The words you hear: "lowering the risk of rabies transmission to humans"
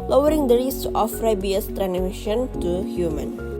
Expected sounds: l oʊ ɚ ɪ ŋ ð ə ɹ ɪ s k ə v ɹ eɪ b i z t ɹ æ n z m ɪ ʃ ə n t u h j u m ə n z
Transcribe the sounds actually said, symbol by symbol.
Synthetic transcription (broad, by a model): l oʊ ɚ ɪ ŋ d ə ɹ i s ə f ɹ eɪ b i s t ɹ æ n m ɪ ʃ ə n t u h j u m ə n